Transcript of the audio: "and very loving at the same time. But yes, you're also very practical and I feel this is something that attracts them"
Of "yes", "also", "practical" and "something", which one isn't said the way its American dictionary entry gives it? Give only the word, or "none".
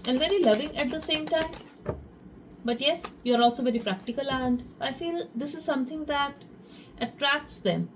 something